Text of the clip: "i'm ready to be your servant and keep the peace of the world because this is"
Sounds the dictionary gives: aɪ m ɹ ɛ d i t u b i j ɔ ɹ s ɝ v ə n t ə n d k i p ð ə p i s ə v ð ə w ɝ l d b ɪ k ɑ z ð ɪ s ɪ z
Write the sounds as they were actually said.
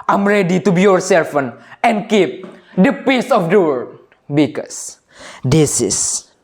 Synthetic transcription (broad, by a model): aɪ m ɹ ɛ d i t u b i j ɔ ɹ s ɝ f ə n ə n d k i p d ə p i s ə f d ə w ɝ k b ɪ k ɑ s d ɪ s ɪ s